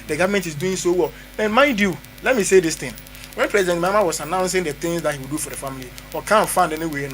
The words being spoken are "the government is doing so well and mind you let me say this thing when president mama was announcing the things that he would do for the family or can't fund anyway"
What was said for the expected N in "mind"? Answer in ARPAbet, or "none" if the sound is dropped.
N